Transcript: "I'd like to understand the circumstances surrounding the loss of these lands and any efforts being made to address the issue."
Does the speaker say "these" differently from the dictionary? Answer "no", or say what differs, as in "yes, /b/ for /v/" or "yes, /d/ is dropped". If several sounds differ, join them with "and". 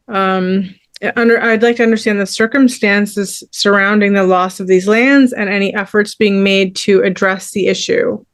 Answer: no